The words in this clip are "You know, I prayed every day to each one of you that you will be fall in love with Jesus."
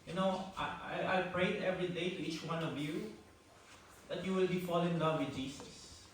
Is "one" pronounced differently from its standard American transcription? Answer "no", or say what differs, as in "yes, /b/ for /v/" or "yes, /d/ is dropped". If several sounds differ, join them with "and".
no